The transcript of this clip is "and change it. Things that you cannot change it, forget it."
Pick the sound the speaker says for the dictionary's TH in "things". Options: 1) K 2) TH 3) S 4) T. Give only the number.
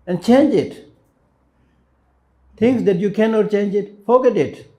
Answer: 4